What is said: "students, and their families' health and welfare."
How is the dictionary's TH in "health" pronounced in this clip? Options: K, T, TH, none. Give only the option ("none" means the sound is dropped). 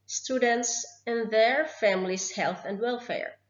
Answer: TH